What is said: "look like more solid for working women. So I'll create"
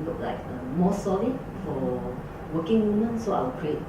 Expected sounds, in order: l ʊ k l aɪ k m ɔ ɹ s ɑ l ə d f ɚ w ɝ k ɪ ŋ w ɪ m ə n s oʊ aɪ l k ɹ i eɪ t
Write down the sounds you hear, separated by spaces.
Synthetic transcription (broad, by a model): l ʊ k l aɪ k m ɔ s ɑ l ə f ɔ w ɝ k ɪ ŋ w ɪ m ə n s oʊ aɪ w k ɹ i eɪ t